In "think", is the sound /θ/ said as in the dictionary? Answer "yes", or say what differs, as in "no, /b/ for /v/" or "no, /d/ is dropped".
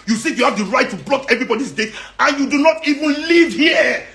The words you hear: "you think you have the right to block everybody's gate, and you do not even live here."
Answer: no, /s/ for /θ/